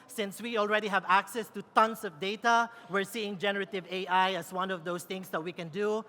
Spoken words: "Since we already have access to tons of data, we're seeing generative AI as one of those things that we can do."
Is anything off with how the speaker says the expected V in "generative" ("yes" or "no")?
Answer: no